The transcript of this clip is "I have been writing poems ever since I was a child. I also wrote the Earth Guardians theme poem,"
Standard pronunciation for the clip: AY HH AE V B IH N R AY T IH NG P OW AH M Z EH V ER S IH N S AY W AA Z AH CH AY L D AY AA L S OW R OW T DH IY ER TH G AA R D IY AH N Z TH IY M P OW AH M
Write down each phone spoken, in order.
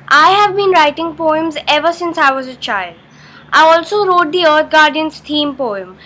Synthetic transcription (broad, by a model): AY HH AE V B IH N R AY T IH NG P OW AH M Z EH V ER S IH N S AY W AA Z AH CH AY L D AY AA L S OW R OW T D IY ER T G AA R D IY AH N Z T IY M P OW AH M